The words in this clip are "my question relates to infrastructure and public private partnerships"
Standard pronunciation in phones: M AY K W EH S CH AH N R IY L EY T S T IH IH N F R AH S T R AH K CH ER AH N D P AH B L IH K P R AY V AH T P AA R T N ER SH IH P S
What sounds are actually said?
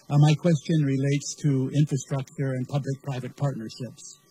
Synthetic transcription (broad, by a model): M AY K W EH S CH AH N R IY L EY T S T IH IH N F R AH S T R AH K CH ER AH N P AH B L IH K P R AY V AH T P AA R T N ER SH IH P S